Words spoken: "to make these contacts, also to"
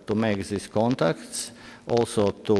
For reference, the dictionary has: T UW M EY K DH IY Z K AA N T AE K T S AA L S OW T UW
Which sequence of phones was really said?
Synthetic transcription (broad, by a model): T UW M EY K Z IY S K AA N T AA K T S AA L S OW T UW